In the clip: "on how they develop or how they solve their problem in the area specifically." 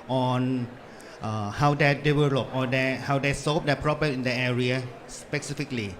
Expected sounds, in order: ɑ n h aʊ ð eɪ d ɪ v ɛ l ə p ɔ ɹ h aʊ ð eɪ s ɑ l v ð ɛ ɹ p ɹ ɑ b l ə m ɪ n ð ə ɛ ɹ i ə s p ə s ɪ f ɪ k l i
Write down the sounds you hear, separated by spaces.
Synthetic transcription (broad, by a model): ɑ n h aʊ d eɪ d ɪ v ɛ l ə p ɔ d h aʊ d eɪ s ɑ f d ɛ p ɹ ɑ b ə ɪ n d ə ɛ ɹ i ə s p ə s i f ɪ k l i